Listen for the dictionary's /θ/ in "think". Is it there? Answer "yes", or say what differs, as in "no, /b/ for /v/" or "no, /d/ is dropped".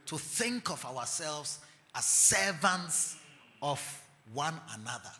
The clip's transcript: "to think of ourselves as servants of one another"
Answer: yes